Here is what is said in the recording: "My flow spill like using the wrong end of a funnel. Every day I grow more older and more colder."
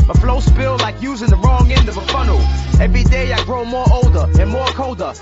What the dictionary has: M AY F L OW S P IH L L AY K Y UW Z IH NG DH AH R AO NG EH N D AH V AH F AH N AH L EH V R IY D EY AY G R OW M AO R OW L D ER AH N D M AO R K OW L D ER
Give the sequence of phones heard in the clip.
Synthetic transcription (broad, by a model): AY F L OW S P IH L L AY K Y UW Z IH NG DH AH R AO NG EH N D AH V AH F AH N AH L EH V R IY D EY AY G R OW M AO R OW L D ER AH N M AO R K OW L D ER